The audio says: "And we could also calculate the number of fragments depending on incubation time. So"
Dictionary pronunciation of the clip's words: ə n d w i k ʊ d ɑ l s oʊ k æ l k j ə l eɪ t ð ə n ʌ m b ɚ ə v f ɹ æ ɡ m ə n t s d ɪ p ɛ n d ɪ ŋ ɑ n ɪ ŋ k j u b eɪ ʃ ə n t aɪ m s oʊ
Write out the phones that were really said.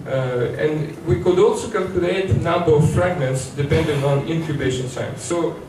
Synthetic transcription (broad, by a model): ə n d w i k ʊ d ɑ l s oʊ k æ l k j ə l eɪ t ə n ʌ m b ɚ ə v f ɹ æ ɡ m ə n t s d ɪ p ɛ n d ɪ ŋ ɑ n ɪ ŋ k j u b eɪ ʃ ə n s aɪ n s oʊ